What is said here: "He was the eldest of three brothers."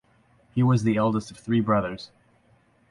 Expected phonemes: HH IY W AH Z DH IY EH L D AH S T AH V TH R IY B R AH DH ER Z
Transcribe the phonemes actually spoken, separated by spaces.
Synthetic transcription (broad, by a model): HH IY W AH Z DH IY EH L D AH S T AH V TH R IY B R AH DH ER Z